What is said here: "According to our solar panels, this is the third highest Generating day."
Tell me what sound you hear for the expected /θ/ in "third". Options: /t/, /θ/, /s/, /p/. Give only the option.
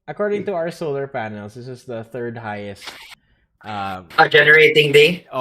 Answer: /θ/